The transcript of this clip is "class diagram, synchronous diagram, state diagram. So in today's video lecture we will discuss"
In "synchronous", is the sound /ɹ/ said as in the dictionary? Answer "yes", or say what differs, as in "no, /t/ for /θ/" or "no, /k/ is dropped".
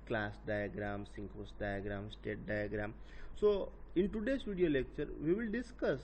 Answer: no, /ɹ/ is dropped